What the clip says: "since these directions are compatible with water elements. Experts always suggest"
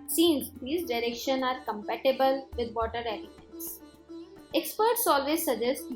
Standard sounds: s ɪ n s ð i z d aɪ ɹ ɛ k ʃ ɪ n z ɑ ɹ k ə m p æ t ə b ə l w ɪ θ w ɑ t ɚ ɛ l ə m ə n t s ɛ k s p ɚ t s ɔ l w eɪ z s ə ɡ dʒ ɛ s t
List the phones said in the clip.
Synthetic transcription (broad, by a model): s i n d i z d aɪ ɹ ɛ k ʃ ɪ n ɑ ɹ k ə m p æ t ə b ə l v ɪ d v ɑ t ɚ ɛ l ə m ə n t s ɛ k s p ɚ t s ɔ l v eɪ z s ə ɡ dʒ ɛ s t